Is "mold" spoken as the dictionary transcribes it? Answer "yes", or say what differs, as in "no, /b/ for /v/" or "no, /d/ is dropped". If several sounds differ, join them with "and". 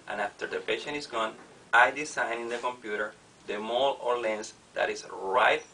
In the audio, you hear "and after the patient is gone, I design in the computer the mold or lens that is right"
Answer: no, /d/ is dropped